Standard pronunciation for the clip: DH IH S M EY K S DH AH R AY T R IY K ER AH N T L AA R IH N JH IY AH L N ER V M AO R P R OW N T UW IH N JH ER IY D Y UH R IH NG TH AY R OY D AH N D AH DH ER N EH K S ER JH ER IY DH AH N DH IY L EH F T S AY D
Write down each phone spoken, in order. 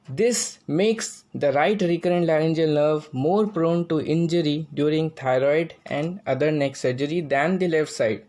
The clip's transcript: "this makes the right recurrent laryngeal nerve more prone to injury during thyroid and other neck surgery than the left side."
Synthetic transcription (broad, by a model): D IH S M EY K S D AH R AY T R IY K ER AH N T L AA R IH N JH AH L N ER V M AO R P R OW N T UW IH N JH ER IY D Y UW R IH NG T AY R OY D AH N D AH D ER N EH K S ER JH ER IY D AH N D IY L EH F T S AY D